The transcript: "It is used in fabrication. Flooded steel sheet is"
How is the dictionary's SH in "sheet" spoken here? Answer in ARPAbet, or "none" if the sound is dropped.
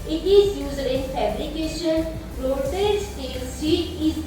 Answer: S